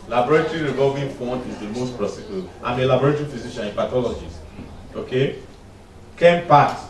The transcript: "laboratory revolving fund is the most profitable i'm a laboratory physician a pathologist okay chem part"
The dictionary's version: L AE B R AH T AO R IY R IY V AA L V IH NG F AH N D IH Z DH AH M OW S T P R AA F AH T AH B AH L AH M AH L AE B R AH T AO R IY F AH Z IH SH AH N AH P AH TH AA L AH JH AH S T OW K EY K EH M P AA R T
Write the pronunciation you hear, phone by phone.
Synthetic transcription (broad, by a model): L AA B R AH T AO R IY R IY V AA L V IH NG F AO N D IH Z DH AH M OW S T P R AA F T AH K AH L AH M AH L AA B R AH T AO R IY F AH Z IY SH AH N AH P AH T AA L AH JH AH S OW K EY K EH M P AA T